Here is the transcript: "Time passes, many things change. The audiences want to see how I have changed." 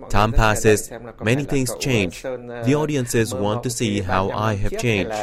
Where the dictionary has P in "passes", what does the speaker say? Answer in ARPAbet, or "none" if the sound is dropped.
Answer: P